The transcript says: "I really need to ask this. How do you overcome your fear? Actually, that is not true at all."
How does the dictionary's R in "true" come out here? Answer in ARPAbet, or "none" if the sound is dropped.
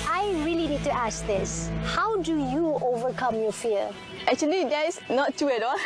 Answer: none